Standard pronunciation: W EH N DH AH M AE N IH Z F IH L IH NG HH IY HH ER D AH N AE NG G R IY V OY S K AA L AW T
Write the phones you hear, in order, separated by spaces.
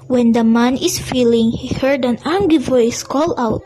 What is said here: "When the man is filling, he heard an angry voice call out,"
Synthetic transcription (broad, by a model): W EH N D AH M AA N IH S F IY L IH NG HH IY HH ER D AH N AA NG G IY V OY S K AA L AW T